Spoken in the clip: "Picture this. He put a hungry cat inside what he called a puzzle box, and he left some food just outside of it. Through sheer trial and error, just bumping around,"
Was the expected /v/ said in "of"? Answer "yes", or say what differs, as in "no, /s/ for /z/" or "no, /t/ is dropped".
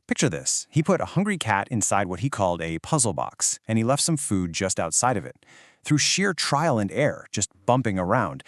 yes